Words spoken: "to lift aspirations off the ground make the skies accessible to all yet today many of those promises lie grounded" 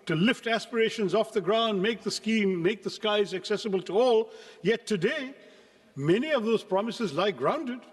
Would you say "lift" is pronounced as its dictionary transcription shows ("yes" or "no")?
yes